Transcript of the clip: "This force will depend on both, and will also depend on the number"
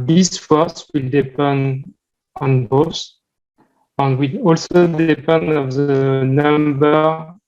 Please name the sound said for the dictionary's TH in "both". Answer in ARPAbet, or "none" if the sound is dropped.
S